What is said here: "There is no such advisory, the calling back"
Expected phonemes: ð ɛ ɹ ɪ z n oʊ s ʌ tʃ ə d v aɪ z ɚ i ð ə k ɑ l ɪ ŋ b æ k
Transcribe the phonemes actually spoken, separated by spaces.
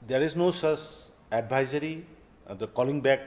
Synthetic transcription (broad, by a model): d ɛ ɹ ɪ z n oʊ s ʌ s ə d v aɪ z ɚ i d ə k ɑ l ɪ ŋ b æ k